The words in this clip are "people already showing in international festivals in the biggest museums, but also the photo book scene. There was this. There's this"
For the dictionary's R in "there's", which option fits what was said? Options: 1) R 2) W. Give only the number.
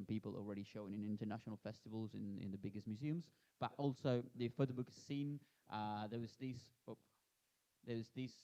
2